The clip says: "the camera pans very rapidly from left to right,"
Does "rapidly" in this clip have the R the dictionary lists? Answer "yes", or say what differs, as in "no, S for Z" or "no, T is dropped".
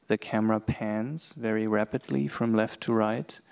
yes